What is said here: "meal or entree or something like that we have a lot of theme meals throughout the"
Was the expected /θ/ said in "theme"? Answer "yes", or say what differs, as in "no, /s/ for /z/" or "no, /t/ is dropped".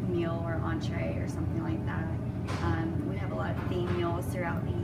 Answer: no, /f/ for /θ/